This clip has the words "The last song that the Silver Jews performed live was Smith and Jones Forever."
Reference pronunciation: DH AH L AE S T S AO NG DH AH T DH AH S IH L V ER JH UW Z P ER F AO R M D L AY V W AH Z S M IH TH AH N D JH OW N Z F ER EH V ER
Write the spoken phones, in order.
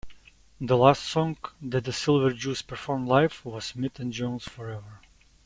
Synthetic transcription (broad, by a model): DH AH L AE S T S AO NG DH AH T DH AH S IH L V ER JH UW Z P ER F AO R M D L AY F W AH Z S M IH T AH N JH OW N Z F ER EH V ER